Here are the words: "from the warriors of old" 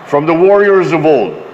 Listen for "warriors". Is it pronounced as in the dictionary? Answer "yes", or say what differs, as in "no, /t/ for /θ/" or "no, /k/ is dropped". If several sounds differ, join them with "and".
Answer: yes